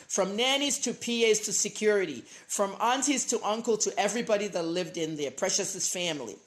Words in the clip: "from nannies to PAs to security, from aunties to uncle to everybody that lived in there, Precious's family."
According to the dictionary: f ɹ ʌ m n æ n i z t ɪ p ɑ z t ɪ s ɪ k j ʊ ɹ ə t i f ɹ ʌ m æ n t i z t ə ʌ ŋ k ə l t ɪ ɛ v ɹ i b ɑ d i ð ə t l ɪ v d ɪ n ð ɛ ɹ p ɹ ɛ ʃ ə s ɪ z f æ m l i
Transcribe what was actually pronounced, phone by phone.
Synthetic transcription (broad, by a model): f ɹ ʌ m n æ n i z t ɪ p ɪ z t ɪ s ɪ k j ʊ ɹ ə t i f ɹ ʌ m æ n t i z t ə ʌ ŋ k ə l t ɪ ɛ v ɹ i b ɑ d i ð ə t l ɪ v d ɪ n ð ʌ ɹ p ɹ ɛ ʃ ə s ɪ s f æ m l i